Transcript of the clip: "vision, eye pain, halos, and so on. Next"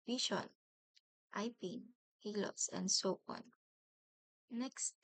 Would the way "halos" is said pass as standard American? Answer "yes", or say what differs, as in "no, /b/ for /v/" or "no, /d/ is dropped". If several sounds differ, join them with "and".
no, /s/ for /z/